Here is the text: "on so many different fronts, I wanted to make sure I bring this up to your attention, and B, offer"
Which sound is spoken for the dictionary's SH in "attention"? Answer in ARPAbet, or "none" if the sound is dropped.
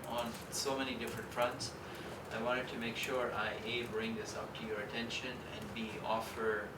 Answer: SH